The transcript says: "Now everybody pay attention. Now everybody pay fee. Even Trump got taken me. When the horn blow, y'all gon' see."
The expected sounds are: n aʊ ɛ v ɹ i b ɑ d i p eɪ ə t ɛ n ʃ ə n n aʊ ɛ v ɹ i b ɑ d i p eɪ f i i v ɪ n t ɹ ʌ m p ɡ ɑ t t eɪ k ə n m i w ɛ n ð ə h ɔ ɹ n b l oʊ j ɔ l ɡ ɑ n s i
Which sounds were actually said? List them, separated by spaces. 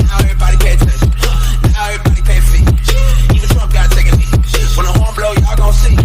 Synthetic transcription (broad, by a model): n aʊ ɛ v ɹ i b ɑ d i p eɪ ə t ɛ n ə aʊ ɛ v ɹ i b ɑ d i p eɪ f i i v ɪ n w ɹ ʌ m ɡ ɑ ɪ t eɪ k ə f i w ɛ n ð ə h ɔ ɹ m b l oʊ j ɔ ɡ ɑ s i